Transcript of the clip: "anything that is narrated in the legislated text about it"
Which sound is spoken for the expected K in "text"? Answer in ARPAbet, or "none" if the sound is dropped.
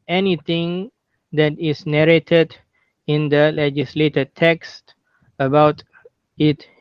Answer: K